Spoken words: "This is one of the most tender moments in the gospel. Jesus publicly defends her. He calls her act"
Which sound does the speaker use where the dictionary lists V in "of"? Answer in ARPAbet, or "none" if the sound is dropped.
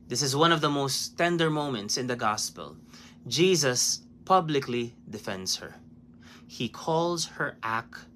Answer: V